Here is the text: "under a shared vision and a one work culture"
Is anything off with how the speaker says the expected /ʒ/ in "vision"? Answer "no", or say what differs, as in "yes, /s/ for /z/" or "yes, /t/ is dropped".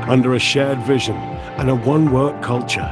no